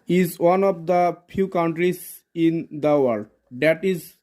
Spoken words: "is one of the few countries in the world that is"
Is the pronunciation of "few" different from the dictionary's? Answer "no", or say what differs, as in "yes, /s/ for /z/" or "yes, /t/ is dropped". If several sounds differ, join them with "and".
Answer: yes, /p/ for /f/